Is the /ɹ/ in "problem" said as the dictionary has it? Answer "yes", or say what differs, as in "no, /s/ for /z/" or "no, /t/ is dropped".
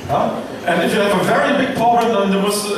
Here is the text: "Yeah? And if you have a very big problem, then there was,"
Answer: no, /ɹ/ is dropped